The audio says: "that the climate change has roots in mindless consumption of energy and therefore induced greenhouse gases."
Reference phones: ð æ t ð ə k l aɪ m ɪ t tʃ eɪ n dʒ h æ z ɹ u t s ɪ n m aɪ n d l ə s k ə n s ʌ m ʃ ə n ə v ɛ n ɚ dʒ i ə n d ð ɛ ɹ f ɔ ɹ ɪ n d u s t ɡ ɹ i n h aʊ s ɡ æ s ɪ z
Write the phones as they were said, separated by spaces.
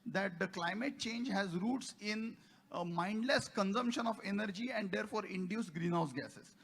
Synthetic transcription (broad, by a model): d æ t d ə k l aɪ m ɪ t tʃ eɪ n dʒ h æ z ɹ u t s ɪ n m aɪ n d l ə s k ə n s ʌ m ʃ ə n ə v ɛ n ɚ dʒ i ə n d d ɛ ɹ f ɔ ɹ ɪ n d u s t ɡ ɹ i n h aʊ s ɡ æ s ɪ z